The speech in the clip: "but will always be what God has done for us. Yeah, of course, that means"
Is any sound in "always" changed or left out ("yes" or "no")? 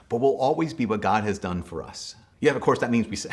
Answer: no